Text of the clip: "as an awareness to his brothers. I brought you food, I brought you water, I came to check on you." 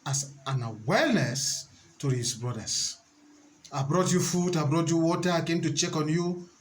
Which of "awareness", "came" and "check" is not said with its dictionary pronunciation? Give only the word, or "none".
awareness